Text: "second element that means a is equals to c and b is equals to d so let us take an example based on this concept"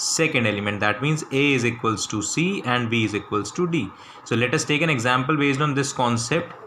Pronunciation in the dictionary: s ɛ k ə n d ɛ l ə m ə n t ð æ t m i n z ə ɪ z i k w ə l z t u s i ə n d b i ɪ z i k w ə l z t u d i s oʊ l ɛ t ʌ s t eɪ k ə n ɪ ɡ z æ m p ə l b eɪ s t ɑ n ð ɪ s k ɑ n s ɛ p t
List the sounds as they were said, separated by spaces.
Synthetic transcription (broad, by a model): s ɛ k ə n d ɛ l ə m ə n t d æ t m i n z ə ɪ z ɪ k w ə l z t u s i ə n d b i ɪ z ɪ k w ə l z t u d i s oʊ l ɛ t ʌ s t eɪ k ə n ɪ ɡ z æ m p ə l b eɪ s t ɑ n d ɪ s k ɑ n s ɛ p t